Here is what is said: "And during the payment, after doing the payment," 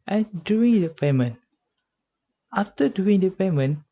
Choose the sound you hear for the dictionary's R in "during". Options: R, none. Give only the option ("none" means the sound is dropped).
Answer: none